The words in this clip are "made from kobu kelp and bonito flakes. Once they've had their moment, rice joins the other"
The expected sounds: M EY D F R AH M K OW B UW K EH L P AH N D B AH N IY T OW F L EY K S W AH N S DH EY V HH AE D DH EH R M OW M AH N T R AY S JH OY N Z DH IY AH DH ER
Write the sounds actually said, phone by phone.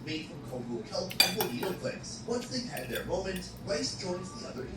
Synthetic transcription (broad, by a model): M EY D F R AH M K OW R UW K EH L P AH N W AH IY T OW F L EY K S W AH N S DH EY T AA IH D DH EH R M OW M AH N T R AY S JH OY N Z DH IY AH DH ER